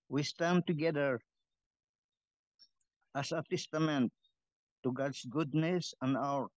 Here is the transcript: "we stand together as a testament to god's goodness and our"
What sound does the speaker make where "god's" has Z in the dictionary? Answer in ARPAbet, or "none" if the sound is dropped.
S